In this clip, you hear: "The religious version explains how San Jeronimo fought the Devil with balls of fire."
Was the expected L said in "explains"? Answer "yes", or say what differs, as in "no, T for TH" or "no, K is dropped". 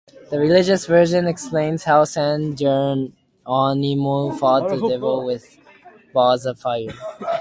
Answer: yes